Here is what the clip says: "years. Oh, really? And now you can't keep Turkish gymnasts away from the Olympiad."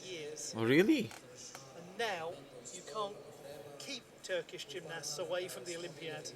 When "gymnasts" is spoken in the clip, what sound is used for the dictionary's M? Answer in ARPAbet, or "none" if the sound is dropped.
M